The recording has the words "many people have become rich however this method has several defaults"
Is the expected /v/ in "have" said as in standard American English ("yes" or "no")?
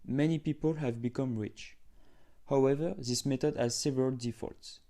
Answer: yes